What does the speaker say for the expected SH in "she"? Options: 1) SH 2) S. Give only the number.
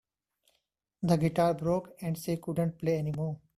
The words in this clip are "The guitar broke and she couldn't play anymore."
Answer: 2